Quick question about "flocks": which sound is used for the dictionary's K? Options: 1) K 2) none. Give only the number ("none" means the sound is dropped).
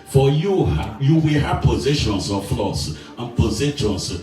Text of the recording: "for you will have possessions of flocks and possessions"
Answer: 2